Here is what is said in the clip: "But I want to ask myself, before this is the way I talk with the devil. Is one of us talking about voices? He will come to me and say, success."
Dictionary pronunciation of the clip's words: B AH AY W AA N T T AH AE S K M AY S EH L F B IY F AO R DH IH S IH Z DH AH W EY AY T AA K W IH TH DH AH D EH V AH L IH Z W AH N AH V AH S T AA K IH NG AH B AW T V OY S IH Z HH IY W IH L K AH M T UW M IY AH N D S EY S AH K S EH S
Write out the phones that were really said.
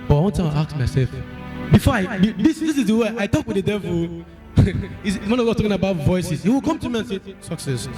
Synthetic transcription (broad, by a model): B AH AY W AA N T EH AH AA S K M AY S EH L F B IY F AO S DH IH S IH Z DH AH W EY AY T AA K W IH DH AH D EH V AH L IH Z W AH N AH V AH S T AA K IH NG AH B AW T V OY S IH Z HH IY W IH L K AH M T UW M IY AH N S EY S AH K S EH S